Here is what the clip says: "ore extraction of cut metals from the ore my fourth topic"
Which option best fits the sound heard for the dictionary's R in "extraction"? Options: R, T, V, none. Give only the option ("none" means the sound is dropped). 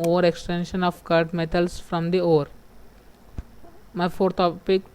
none